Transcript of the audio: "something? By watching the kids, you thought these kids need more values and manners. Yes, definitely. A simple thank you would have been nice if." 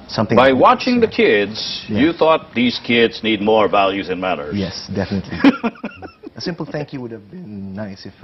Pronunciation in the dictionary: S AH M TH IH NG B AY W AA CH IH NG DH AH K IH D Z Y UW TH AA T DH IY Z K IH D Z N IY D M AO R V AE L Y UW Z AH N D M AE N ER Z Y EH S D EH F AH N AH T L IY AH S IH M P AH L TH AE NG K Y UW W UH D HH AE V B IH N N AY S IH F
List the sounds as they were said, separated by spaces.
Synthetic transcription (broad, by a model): S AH M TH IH B AY W AA CH IH NG DH AH K IH D Z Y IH TH AA T DH IY Z K IH D Z N IY D M AO R V AE L Y UW Z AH N M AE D ER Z Y EH S D EH F AH N AH T L IY AH S IH M P L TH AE NG K Y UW W UH D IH V B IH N N AY S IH F